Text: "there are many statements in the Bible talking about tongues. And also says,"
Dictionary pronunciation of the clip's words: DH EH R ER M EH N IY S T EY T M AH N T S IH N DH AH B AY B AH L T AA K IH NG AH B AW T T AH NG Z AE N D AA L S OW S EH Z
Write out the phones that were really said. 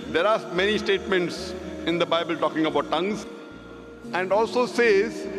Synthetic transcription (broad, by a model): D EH R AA M EH N IY S T EY T M AH N T S IH N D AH B AY B AH L T AA K IH NG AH B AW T T AH NG Z AE N D AA L S OW S EH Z